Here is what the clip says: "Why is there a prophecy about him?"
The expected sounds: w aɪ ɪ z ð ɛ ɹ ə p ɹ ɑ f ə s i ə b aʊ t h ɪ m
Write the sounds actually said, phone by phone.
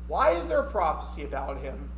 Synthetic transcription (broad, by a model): w aɪ ɪ z ð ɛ ɹ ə p ɹ ɑ f ə s i ə b aʊ t h ɪ m